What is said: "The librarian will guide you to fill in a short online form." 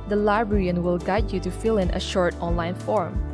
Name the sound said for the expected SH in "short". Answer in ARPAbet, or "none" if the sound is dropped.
SH